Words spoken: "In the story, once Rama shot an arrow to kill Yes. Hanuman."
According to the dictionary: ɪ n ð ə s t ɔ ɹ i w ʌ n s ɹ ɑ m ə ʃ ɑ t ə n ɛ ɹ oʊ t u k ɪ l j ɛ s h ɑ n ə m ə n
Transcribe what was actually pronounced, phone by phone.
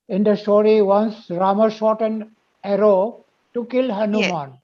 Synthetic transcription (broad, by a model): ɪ n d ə s t ɔ ɹ i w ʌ n s ɹ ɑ m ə ʃ ɑ t ə n ɛ ɹ oʊ t u k ɪ l h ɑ n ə m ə n